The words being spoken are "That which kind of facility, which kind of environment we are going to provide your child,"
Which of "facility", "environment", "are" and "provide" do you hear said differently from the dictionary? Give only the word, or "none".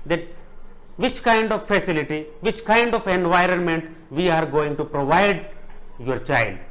none